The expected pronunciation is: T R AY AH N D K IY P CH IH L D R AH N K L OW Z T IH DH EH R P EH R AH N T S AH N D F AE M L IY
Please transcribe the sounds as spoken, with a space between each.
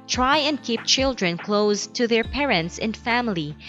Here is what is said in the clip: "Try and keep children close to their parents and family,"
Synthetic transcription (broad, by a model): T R AY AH N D K IY P CH IH L D R AH N K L OW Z T IH DH EH R P EH R AH N T S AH N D F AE M L IY